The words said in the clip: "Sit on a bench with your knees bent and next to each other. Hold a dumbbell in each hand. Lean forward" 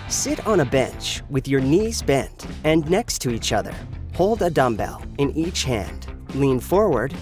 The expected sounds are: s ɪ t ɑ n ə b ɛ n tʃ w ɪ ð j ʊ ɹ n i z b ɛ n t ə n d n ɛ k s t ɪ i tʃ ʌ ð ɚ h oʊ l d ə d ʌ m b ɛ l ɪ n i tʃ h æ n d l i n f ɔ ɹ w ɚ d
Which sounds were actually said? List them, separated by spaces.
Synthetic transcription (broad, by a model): s ɪ t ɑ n ə b ɛ n tʃ w ɪ ð j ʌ ɹ n i z b ɛ n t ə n n ɛ k s t ɪ i tʃ ʌ ð ɚ h oʊ l d ə d ʌ m b ɛ l ɪ n i tʃ h æ n d l i n f ɔ ɹ w ɚ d